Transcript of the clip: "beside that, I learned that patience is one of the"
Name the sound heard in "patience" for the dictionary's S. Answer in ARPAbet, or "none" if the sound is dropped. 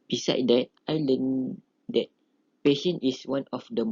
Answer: none